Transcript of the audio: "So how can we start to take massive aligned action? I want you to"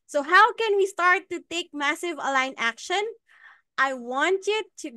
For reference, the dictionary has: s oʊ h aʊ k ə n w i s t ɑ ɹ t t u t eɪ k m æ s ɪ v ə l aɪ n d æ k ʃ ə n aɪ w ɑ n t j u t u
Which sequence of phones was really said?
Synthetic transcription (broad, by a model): s oʊ h aʊ k ə n w i s t ɑ ɹ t t u t eɪ k m æ s ɪ v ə l aɪ n æ k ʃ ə n aɪ w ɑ n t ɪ t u